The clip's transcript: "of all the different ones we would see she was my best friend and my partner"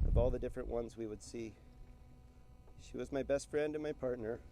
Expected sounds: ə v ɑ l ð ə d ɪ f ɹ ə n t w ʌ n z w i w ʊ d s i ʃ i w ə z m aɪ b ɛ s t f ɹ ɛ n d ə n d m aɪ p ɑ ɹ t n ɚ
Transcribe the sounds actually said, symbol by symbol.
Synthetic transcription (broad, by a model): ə v ɑ l ð ə d ɪ f ɹ ə n t w ʌ n z w i w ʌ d s i ʃ i w ə z m aɪ b ɛ s t f ɹ ɛ n d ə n m aɪ p ɑ ɹ t n ɚ